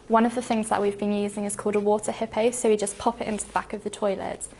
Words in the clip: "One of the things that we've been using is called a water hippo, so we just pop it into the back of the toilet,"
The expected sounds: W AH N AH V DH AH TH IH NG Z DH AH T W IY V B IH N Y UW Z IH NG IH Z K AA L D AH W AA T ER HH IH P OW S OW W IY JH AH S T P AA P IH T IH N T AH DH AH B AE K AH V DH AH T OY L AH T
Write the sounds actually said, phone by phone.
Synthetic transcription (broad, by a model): W AH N AH V DH AH TH IH NG Z DH AH T W IY V B IH N Y UW Z IH NG IH Z K AA L D AH W AA T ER HH IH P OW S OW W IY JH AH S P AA P IH T IH N T AH DH AH B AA K AH V DH AH T OY L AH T